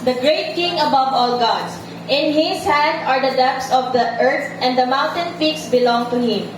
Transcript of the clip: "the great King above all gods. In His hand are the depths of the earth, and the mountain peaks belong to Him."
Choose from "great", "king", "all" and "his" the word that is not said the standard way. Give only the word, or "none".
his